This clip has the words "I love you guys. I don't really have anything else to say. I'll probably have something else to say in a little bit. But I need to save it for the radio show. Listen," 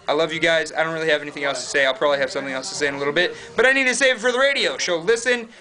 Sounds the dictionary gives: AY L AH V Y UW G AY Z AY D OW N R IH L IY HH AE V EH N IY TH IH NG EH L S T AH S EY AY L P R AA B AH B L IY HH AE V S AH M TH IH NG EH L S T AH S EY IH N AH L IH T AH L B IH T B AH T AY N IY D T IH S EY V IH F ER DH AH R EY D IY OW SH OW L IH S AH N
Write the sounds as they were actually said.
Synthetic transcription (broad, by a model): AY L AH V Y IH G AY Z AY D OW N R IH L IY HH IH V EH N IY TH IH NG EH L S T AH S EY AY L P R AA B AH B L IY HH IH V S AH M TH IH NG EH L S T AH S EY IH N AH L IH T L B IH T B AH T AY N IY D T IH S EY V F ER DH AH R EY D IY OW SH OW L IH S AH N